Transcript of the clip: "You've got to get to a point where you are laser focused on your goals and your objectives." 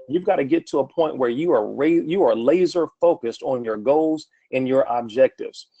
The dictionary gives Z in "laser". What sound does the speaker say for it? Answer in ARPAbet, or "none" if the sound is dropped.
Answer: Z